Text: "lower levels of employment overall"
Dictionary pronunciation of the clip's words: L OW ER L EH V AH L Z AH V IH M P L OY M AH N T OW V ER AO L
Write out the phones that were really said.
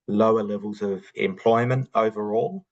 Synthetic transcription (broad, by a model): L OW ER L EH V AH L Z AH V IH M P L OY M AH N T OW V ER AO L